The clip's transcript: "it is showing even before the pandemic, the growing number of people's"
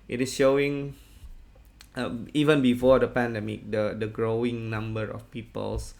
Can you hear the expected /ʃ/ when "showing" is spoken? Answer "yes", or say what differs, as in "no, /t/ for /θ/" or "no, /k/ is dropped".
yes